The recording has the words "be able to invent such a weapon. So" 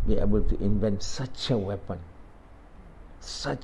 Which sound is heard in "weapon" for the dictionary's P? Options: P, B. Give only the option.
P